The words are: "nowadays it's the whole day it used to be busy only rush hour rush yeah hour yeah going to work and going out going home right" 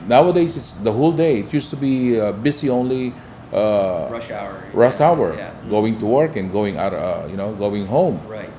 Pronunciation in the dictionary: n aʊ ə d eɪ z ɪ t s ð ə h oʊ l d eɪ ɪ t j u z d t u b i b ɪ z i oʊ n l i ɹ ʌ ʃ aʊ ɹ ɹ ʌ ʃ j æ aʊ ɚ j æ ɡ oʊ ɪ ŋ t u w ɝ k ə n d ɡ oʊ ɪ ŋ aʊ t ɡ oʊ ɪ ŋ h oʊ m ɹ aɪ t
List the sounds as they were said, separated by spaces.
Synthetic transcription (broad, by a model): n aʊ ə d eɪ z ɪ t s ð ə h oʊ l d eɪ ɪ t j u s t u b i b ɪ s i oʊ n l i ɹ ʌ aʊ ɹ ɹ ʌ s aʊ ɚ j ɡ oʊ ɪ ŋ t u w ɝ k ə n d ɡ oʊ ɪ ŋ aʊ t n oʊ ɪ ŋ h oʊ m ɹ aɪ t